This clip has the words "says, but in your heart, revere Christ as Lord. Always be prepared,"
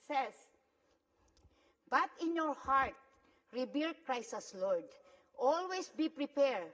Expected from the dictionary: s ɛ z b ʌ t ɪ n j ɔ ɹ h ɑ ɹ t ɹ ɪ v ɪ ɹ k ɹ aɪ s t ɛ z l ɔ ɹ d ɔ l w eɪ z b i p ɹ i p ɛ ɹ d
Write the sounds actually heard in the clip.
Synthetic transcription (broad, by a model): s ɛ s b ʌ t ɪ n j ɔ ɹ h ɑ ɹ t ɹ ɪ b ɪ l k ɹ aɪ s ʌ s l ɔ ɹ d ɔ l w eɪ s b i p ɹ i p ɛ ɹ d